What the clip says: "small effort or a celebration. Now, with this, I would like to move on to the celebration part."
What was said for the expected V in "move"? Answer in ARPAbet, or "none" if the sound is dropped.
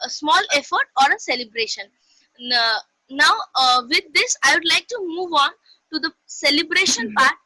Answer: V